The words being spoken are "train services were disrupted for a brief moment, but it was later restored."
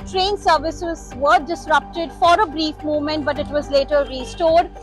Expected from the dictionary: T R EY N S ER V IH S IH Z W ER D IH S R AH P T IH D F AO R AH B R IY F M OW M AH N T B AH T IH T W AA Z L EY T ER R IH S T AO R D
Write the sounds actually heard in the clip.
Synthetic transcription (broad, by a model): T R EY N S ER V IH S IH Z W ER D IH S R AH P T IH D F AO R AH B R IY F M OW M AH N T B AH T IH T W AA Z L EY T ER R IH S T AO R D